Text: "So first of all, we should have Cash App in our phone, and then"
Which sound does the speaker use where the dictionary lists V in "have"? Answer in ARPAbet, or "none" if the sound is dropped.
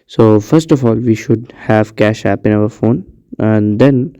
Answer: V